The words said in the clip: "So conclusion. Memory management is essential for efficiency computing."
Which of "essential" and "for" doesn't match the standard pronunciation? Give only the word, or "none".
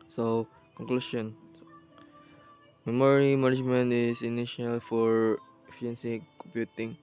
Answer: essential